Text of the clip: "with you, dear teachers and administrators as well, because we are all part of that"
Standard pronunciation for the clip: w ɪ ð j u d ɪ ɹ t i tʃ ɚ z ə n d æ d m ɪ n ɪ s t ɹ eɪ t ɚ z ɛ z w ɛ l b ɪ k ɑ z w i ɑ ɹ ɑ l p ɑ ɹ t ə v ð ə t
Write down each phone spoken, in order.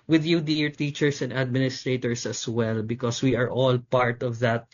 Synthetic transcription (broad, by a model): w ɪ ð j u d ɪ ɹ t i tʃ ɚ s ə n d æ d m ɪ n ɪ s t ɹ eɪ t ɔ s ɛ s w ɛ l b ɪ k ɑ s w i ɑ ɹ ɑ l p ɑ ɹ t ə v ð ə t